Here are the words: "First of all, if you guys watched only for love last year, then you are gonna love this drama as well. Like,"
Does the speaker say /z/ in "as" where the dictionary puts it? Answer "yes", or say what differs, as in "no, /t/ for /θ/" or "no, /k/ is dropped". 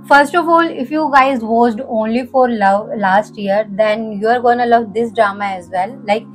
yes